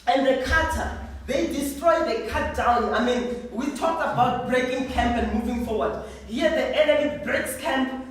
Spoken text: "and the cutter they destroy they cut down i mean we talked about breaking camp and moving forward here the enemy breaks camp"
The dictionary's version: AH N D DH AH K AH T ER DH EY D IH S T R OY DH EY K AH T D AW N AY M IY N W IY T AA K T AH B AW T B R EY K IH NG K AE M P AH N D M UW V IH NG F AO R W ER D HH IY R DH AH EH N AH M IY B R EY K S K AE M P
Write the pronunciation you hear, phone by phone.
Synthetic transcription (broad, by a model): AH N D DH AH K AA T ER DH EY D IH S T R OY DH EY K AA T D AW N AY M IY N W IY T AA K T AH B AW T B R EY K IH NG K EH M P AH N D M UW V IH NG F AO W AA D HH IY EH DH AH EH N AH IY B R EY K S K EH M P